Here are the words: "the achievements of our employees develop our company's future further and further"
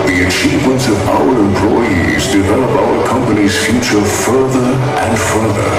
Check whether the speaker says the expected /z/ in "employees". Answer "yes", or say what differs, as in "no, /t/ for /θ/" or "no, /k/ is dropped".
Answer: yes